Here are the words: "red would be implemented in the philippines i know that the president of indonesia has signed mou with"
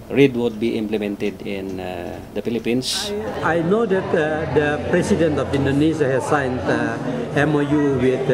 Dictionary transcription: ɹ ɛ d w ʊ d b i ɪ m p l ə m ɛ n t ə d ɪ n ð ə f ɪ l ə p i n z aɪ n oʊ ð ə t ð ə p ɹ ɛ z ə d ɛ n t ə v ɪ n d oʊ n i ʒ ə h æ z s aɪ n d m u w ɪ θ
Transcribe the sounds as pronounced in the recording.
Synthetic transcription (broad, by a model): ɹ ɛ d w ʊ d b i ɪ m p l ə m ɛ n t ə d ɪ n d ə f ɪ l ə p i n s aɪ n oʊ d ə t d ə p ɹ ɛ s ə d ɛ n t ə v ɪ n d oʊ n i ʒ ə h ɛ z s aɪ n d m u w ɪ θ